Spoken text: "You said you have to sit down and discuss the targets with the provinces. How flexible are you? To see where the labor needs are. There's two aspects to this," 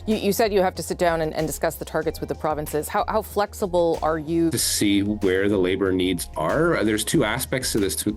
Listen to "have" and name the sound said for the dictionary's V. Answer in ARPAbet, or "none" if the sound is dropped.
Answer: F